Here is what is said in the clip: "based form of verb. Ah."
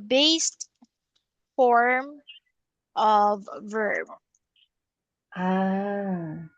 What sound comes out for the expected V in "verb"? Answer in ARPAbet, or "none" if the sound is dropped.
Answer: V